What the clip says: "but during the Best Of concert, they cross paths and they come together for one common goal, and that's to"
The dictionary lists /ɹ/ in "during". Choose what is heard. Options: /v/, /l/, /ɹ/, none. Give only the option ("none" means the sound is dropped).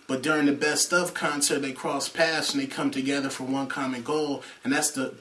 /ɹ/